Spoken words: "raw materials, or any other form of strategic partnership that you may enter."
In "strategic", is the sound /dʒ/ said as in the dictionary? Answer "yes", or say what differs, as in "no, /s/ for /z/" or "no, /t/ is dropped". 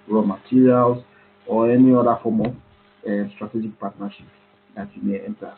yes